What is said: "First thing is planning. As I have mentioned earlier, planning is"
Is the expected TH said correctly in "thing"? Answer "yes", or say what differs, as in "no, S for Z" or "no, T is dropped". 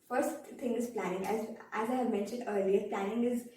no, T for TH